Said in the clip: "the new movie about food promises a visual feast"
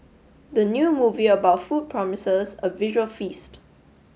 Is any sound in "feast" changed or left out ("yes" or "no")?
no